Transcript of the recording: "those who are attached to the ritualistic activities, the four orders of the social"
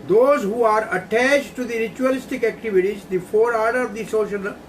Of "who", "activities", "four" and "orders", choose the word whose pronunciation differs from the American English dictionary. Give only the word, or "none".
orders